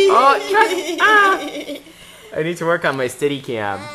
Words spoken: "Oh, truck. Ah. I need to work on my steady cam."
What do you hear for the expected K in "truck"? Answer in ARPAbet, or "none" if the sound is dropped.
none